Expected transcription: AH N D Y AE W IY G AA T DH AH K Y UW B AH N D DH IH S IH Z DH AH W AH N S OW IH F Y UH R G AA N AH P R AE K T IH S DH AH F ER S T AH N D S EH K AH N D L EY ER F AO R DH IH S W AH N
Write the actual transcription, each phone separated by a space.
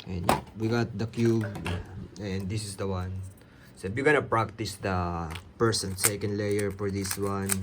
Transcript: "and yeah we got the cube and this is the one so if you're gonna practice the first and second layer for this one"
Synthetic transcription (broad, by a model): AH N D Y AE W IY G AA T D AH K Y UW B AH N D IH S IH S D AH W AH N S OW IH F Y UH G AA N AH P R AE K T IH S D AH P ER S AH N S EH K AH N D L EY ER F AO R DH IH S W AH N